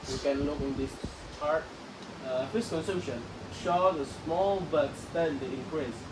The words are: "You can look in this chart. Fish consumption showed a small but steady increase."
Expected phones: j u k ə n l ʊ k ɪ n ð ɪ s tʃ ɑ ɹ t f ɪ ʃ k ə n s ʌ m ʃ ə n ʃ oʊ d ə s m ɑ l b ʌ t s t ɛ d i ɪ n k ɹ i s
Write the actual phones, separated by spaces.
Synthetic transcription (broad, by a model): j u k ə n l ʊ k ɪ n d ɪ s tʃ ɑ ɹ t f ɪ s k ə n s ʌ m ʃ ə n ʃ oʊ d ə s m ɑ l b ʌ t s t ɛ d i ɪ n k ɹ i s